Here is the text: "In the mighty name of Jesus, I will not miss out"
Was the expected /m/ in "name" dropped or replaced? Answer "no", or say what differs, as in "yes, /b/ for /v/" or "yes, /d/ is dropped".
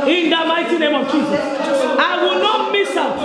no